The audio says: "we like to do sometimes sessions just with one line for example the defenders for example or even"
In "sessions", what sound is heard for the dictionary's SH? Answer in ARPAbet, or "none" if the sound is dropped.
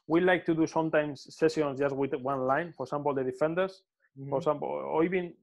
S